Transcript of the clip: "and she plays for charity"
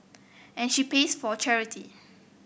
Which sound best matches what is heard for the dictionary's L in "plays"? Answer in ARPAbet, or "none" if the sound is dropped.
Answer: none